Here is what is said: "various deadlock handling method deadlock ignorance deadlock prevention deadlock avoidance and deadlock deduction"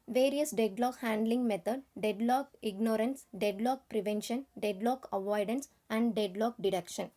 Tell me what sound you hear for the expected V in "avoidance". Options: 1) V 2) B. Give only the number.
1